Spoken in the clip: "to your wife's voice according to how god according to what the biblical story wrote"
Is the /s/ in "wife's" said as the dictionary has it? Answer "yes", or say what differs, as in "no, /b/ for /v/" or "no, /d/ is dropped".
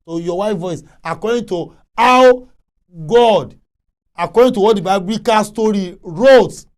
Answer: no, /s/ is dropped